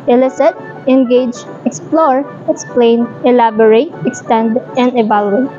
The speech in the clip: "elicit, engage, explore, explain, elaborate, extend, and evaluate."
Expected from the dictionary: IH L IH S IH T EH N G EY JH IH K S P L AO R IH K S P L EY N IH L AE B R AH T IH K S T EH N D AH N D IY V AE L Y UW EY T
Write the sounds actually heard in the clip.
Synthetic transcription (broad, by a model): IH L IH S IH T EH N G EY JH IH K S P L AO R IH K S P L EY N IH L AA B R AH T IH K S T EH N D AH N D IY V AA L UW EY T